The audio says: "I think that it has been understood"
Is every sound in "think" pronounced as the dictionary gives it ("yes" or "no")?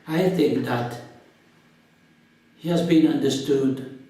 yes